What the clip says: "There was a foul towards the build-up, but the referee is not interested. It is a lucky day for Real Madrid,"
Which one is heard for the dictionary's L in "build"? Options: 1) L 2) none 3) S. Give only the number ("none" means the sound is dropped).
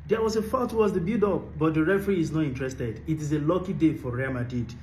2